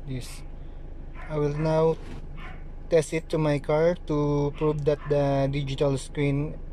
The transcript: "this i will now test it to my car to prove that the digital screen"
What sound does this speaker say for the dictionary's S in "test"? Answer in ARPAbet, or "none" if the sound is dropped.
S